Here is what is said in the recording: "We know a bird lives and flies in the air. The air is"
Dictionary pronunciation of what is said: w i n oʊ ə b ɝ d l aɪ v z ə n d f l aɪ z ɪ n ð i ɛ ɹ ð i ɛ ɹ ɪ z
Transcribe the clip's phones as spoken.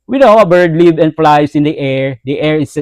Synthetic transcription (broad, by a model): w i n oʊ ə b ɝ d l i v ə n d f l aɪ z ɪ n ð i ɛ ɹ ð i ɛ ɹ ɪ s